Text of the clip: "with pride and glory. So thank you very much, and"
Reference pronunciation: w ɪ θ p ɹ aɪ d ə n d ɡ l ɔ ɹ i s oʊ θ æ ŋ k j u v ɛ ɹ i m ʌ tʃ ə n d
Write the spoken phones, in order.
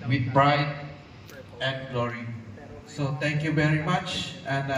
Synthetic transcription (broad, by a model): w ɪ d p ɹ aɪ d ə n d ɡ l ɔ ɹ i s oʊ t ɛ ŋ k j u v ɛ ɹ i m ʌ tʃ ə n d